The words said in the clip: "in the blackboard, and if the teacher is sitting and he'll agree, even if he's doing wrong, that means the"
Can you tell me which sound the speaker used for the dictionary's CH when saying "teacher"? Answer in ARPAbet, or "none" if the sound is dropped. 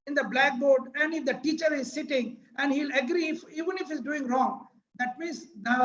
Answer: CH